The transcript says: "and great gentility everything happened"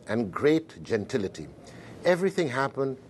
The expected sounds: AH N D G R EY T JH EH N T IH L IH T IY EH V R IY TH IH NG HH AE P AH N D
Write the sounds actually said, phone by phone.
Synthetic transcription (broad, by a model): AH N G R EY T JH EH N T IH L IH T IY EH V R IY TH IH NG HH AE P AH N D